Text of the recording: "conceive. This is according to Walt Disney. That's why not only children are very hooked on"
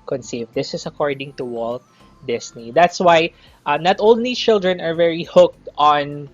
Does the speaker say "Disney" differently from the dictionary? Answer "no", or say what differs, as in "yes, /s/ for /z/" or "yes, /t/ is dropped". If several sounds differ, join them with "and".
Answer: yes, /s/ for /z/